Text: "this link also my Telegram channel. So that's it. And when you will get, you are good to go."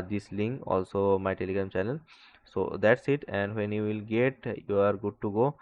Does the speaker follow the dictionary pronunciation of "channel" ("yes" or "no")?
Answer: no